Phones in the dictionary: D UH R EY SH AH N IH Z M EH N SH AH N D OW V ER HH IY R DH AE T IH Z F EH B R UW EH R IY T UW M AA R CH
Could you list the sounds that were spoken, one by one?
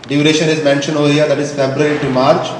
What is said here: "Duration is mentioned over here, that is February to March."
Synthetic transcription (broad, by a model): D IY R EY SH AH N IH Z M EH N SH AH N OW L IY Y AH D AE T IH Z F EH B R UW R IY T UW M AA R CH